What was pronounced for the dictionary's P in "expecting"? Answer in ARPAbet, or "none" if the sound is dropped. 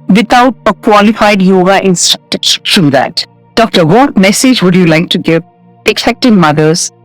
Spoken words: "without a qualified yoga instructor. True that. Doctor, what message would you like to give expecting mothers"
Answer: none